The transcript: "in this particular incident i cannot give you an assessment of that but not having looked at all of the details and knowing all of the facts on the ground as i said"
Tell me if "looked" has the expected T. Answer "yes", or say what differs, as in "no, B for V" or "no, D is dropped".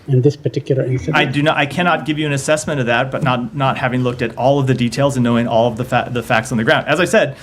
yes